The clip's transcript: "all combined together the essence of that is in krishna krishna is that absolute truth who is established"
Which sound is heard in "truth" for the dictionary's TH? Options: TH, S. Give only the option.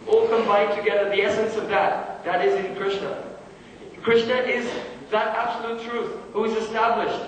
TH